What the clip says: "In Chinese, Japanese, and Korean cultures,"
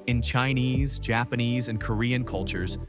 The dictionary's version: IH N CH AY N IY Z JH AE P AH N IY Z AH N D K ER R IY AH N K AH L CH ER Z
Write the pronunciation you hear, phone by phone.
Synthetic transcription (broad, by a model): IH N CH AY N IY Z JH AE P AH N IY Z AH N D K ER R IY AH N K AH L CH ER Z